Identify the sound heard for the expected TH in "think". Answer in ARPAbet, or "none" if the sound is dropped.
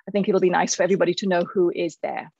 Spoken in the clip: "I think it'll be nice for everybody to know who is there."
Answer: TH